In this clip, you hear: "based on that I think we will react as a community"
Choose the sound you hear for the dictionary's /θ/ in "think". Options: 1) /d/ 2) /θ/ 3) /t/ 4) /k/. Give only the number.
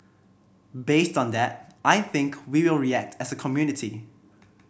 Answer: 2